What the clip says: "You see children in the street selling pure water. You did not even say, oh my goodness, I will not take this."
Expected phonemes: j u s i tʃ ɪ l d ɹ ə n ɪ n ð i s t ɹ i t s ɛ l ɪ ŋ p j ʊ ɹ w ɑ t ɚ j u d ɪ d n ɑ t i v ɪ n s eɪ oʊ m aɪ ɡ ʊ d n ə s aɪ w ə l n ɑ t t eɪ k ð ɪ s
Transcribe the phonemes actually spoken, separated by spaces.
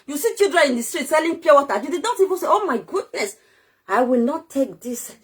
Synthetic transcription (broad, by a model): j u s i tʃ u d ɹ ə ɪ n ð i s t ɹ i t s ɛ l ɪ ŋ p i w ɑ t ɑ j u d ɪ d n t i p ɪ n s eɪ oʊ m aɪ ɡ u d n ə s aɪ w ə l n ɑ t t eɪ k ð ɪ s